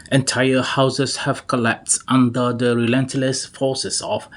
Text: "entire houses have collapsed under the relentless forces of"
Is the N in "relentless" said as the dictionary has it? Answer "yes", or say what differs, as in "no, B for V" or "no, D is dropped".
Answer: yes